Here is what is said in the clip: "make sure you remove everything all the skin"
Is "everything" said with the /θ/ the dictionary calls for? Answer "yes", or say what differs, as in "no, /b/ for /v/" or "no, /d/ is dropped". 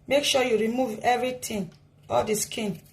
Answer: no, /t/ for /θ/